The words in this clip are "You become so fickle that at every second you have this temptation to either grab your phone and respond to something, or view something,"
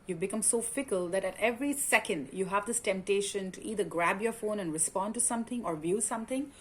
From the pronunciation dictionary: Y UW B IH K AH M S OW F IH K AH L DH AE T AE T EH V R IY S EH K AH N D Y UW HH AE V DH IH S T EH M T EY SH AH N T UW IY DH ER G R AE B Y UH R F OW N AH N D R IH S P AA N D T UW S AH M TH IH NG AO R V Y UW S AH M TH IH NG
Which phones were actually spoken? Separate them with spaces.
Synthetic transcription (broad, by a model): Y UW B IH K AH M S OW F IH K AH L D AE T AE T EH V R IY S EH K AH N D Y UW HH AE V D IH S T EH M T EY SH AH N T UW IY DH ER G R AE B Y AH R F OW N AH N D R IH S P AA N D T UW S AH M T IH NG AO R V Y UW S AH M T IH NG